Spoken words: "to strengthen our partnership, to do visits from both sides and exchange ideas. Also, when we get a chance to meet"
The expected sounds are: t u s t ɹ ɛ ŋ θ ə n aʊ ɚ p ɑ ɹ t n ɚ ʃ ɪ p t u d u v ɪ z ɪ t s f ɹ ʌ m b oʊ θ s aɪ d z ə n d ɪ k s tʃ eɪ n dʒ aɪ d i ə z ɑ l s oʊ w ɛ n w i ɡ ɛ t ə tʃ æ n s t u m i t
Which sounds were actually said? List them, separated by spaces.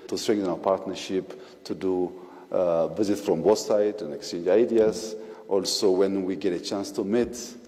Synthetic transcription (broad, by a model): t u s t ɹ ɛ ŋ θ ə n aʊ ɚ p ɑ ɹ t n ɚ ʃ ɪ p t u d u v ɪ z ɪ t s f ɹ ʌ m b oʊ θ s aɪ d ə n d ɪ k s tʃ eɪ n dʒ aɪ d i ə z ɑ l s oʊ w ɛ n w i ɡ ɛ t ə tʃ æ n s t u m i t